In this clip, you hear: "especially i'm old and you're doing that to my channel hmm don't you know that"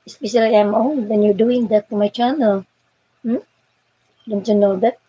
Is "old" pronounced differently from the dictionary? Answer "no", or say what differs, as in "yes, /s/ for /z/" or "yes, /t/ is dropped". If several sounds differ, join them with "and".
yes, /n/ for /l/